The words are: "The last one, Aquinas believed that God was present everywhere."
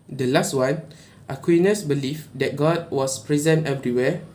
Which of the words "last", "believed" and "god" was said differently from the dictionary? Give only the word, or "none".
believed